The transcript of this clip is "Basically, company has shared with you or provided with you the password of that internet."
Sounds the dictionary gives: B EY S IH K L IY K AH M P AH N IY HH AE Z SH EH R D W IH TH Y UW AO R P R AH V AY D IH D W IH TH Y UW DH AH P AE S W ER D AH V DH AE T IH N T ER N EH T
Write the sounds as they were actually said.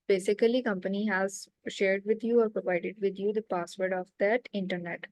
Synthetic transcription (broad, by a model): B EY S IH K L IY K AH M P AH N IY HH AE Z SH EH R D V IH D Y UW AO R P R AH V AY D IH D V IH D Y UW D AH P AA S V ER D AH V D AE T IH N T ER N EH T